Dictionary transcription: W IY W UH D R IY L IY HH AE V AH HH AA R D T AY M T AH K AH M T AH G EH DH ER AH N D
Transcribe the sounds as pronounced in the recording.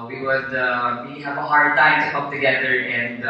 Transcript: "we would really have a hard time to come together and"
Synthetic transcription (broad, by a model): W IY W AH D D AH IY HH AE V AH HH AA R D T AY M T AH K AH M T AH G EH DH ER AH N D